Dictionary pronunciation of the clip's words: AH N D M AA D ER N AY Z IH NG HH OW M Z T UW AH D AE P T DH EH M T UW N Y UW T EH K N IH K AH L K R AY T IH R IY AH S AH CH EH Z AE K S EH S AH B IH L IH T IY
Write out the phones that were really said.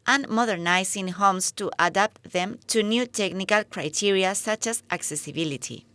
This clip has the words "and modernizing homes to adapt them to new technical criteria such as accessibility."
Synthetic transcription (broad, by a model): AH N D M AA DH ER N AY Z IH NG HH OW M S T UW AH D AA P T DH EH M T UW N Y UW T EH K N IH K AH L K R AY T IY R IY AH S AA CH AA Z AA K S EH S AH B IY L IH T IY